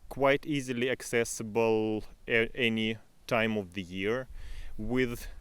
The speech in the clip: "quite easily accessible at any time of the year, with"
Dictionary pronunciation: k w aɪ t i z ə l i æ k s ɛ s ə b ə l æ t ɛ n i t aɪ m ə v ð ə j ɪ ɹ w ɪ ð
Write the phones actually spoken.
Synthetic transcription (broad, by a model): k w aɪ t i z ə l i æ k s ɛ s ə b ə l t ɛ n i t aɪ m ə v ð ə j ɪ ɹ w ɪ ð